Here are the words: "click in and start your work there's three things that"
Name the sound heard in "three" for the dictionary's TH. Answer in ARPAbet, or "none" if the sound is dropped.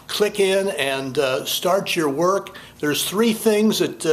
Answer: TH